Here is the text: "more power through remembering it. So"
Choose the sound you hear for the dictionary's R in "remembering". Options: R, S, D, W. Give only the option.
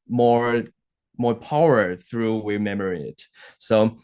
W